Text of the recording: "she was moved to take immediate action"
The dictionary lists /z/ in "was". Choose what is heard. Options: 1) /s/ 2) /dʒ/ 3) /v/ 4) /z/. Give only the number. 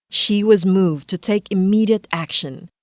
4